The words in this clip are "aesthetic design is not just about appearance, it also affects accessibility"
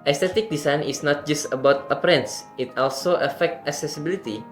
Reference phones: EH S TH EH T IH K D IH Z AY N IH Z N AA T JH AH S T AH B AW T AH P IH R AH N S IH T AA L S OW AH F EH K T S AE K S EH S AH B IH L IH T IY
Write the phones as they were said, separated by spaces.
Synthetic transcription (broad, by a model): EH S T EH T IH K D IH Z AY N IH S N AA T JH AH S T AH B AW T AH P R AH N S IH T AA L S OW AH F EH K T AE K S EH S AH B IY L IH T IY